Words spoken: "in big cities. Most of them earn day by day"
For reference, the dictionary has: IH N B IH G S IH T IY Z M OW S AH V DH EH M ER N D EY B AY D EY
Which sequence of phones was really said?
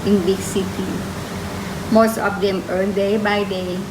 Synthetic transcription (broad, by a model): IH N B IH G S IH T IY M OW S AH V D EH M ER L D EY B AY D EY